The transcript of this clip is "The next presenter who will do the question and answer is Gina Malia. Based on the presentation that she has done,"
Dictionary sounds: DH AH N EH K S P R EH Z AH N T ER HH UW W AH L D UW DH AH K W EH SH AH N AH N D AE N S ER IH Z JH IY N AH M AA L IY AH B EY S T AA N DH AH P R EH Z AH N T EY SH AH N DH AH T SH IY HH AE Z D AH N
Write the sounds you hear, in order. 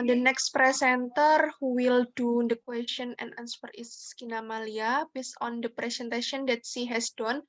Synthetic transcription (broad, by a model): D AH N EH K S P R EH S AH N T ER HH UW W AH L D UW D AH K W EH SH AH N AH N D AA N S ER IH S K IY N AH M AA L IY AH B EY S AA N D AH P R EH S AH N T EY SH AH N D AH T S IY HH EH S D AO N